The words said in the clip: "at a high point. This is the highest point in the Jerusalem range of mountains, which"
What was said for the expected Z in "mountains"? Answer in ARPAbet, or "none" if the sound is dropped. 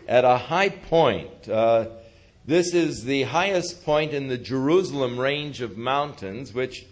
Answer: Z